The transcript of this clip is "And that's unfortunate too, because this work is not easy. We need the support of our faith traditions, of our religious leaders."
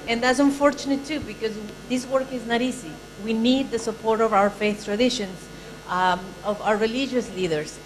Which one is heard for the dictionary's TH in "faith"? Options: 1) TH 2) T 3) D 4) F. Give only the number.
1